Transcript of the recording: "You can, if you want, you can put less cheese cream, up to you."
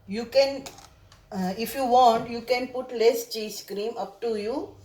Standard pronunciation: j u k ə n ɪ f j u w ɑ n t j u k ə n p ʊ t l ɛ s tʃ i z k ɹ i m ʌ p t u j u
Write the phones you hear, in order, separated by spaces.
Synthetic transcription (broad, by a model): j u k ə n ɪ f j u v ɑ n t j u k ə n p ʊ t l ɛ s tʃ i s k ɹ i m ʌ p t u j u